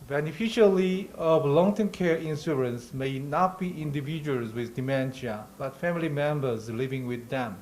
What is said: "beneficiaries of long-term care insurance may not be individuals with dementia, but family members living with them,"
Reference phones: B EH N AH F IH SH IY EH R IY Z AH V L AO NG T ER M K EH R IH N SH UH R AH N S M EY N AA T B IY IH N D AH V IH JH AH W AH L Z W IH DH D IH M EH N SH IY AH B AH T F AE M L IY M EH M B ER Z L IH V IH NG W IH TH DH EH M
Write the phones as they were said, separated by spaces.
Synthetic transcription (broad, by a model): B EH N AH F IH SH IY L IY AH V L AO NG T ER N K EH R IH N S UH R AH N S M EY N AA T B IY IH N D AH V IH JH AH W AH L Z W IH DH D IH M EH N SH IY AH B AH T F AE M L IY M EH M B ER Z L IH V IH NG W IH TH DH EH M